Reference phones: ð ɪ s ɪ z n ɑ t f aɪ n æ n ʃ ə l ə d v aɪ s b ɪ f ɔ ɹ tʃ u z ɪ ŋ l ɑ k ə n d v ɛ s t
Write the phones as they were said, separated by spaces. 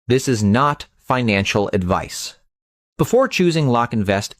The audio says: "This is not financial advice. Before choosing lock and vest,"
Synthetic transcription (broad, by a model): ð ɪ s ɪ z n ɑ t f aɪ n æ n ʃ l ə d v aɪ s b ɪ f ɔ ɹ tʃ u z ɪ ŋ l ɑ k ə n v ɛ s t